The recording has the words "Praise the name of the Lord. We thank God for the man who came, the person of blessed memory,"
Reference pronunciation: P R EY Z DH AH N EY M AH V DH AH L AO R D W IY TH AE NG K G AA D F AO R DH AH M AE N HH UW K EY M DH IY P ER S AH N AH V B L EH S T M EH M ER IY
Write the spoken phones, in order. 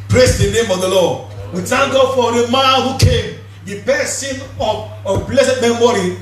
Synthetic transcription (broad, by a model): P R EY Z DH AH N EY M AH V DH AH L AO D W IY T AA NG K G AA F AO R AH M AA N HH UW K EY M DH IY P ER S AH N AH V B L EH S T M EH M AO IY